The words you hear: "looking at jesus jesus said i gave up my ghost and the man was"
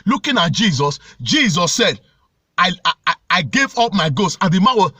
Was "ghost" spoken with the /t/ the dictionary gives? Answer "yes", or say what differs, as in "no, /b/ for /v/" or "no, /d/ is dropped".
no, /t/ is dropped